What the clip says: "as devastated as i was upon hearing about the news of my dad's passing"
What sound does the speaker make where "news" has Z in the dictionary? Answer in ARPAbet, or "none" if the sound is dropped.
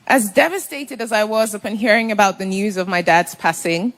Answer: Z